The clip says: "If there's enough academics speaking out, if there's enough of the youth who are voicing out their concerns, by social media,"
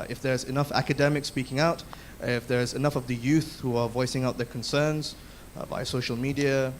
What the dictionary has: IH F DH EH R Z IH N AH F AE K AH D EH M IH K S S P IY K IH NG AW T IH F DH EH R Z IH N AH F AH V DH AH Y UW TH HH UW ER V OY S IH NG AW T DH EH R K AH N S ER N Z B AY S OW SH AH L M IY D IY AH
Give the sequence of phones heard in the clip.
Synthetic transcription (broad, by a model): IH F DH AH R Z IH N AH F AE K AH D EH M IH K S S P IY K IH NG AW T IH F DH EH R Z IH N AH F AH V DH AH Y UW TH HH UW ER V OY S IH NG AW T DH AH R K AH N S ER N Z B AY S OW SH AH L M IY D IY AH